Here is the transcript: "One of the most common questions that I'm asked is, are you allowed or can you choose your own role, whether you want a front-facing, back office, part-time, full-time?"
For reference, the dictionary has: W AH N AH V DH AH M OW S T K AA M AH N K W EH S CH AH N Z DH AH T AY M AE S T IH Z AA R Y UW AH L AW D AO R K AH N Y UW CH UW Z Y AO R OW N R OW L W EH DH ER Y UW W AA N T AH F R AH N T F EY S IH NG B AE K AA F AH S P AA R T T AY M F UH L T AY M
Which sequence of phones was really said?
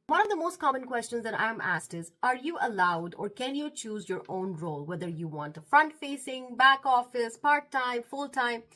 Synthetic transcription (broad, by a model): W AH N AH V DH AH M OW S T K AA M AH N K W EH S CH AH N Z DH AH T AY M AE S T IH Z AA R Y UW AH L AW D AO R K AH N Y UW CH UW Z Y AO R OW N R OW L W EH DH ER Y UW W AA N T AH F R AH N T F EY S IH NG B AE K AA F AH S P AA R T T AY M F UH L T AY M